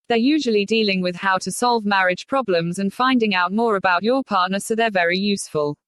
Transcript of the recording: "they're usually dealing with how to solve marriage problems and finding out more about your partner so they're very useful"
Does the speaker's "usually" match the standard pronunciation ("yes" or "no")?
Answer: yes